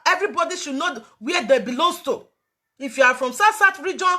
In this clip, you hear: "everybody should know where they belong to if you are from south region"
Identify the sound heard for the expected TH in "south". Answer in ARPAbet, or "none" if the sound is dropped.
T